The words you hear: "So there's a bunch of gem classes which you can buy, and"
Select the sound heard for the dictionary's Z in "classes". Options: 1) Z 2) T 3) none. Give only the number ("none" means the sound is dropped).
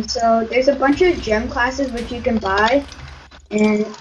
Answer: 1